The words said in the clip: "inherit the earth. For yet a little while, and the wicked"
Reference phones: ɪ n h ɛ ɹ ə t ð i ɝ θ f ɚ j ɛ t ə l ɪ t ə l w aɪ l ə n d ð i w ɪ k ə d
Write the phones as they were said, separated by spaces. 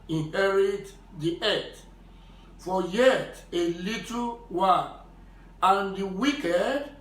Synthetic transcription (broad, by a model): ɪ n h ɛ ɹ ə t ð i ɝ t f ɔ j ɛ t ə l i t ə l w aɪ n ə n d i w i k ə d